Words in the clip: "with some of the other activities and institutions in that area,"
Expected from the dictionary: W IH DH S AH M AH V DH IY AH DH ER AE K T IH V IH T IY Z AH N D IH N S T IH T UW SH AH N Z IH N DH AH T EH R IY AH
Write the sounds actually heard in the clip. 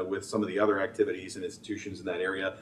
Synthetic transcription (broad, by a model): W IH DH S AH M AH V DH IY AH DH ER AE K T IH V IH T IY Z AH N IH N S T IH T UW SH AH N Z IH N DH AH T EH R IY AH